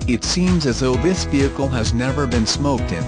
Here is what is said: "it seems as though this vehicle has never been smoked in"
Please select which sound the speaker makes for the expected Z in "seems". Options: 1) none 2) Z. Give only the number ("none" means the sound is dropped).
2